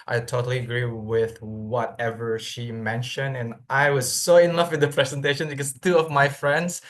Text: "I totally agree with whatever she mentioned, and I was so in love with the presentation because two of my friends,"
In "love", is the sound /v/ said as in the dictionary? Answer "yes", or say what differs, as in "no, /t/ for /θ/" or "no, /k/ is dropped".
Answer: no, /f/ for /v/